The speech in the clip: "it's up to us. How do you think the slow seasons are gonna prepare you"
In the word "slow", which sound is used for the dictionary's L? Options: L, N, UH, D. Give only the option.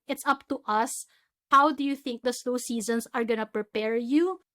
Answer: N